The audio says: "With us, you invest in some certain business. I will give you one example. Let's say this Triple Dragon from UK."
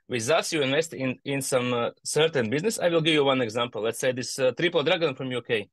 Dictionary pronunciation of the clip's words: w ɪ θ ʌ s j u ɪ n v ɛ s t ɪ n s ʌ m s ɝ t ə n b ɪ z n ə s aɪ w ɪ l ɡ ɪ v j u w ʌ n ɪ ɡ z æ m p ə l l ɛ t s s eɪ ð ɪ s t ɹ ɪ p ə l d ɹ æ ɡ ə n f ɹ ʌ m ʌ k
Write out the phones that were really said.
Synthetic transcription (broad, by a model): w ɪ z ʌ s j u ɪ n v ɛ s t ɪ n s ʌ m s ɝ t ə n b ɪ z n ə s aɪ w ɪ l ɡ ɪ v j u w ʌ n ɪ ɡ z æ m p ə l l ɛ t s s eɪ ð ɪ s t ɹ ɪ p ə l d ɹ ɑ ɡ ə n f ɹ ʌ m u k